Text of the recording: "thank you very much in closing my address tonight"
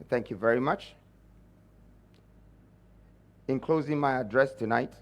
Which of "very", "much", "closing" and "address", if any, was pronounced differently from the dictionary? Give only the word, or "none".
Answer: none